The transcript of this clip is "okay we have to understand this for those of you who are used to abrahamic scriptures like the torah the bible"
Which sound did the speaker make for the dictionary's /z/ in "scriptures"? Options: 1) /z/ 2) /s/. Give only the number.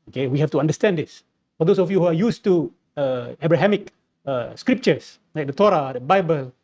2